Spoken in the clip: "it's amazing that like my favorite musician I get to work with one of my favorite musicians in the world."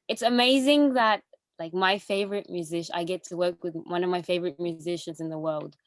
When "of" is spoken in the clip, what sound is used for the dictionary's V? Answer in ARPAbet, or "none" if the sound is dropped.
V